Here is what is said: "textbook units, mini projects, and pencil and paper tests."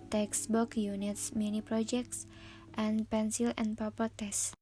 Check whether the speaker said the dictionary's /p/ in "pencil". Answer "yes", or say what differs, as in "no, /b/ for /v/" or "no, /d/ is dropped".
yes